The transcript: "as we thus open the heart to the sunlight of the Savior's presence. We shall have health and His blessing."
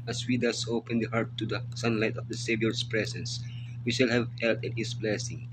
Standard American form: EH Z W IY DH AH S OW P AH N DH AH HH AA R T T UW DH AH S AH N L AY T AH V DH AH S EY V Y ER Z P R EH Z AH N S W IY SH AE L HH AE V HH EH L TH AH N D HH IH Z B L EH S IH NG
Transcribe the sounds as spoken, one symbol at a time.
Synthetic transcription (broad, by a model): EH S W IY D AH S OW P AH N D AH HH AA R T T UW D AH S AH N L AY T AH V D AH S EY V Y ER S P R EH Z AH N S W IY SH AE L HH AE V HH EH L T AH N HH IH S B L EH S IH NG